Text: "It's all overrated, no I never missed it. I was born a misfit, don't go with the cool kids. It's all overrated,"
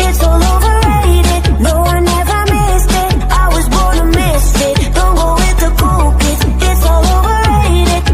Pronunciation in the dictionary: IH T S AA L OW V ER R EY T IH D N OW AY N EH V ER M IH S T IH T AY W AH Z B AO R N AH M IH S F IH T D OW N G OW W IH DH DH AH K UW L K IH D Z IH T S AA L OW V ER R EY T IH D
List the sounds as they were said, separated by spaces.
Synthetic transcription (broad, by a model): IH T S AA L OW V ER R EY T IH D N OW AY N EH V ER M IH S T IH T AY W AH Z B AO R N AH M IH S IH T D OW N G OW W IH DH DH AH K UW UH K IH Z IH T S AA L OW V ER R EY T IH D